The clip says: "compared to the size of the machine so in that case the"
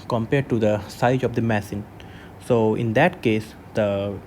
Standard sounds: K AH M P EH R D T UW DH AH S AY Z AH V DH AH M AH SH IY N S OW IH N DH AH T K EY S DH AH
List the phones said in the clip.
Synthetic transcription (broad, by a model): K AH M P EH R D T UW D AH S AY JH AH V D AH M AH S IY N S OW IH N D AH T K EY S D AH